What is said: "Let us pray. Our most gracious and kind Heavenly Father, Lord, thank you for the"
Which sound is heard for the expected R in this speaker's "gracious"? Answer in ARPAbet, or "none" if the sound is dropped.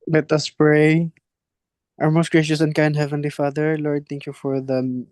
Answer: R